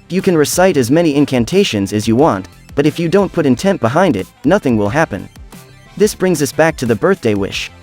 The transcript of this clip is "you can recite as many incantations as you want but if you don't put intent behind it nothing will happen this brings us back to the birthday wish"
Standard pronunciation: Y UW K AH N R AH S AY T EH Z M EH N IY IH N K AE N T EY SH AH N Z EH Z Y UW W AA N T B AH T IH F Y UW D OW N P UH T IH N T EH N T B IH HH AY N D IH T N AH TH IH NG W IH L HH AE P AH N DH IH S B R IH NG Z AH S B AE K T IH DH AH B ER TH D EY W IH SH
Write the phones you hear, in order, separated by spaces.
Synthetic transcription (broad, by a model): Y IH K AH N R AH S AY T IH Z M EH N IY IH N K AE N T EY SH AH N Z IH Z Y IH W AA N T B AH T IH F Y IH D OW N P UH T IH N T EH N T B IH HH AY N D IH T N AH TH IH NG W IH L HH AE P AH N DH IH S B R IH NG Z AH S B AE K T IH DH AH B ER TH D EY W IH SH